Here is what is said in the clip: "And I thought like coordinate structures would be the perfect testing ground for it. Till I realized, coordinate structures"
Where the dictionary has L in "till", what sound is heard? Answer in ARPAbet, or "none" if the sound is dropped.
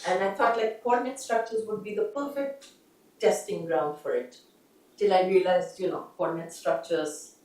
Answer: L